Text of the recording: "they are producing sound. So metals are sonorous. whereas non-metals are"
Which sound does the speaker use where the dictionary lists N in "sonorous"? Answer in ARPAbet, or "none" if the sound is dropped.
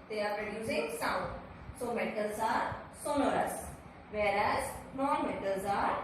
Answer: L